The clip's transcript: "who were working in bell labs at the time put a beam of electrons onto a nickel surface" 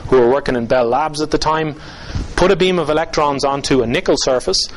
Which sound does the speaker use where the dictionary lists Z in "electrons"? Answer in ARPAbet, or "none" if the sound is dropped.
Z